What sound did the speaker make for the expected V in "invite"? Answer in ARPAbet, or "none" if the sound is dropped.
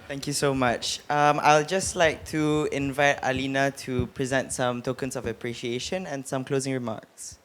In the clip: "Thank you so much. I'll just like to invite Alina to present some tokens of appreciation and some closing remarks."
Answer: V